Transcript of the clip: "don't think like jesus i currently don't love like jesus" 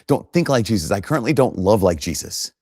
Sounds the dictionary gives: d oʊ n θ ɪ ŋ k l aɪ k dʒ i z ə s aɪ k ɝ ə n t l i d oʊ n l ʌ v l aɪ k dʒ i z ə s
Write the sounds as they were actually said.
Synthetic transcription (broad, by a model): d oʊ n θ ɪ ŋ k l aɪ k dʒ i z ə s aɪ k ɝ ə n t l i d oʊ n l ʌ v l aɪ k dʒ i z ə s